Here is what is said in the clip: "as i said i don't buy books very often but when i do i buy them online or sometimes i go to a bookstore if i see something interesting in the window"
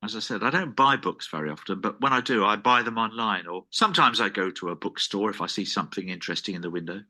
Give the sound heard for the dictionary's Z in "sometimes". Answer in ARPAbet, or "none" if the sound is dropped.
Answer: Z